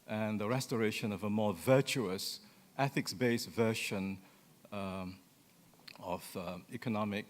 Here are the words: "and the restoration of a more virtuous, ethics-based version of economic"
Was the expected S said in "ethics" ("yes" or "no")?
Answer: yes